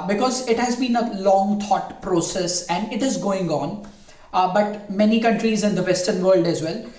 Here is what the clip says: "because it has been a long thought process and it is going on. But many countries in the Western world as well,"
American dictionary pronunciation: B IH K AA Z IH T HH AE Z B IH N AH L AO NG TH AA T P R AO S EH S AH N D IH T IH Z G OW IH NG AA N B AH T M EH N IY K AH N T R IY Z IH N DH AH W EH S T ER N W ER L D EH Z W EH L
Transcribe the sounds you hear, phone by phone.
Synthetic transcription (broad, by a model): B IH K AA Z IH T HH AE Z B IH N AH L AO NG T AA T P R AO S EH S AH N D IH T IH Z G OW IH NG AA N B AH T M EH N IY K AH N T R IY Z IH N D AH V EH S T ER N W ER L D EH Z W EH L